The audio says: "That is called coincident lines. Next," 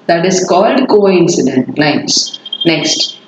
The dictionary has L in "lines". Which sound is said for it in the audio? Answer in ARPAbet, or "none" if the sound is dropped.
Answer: N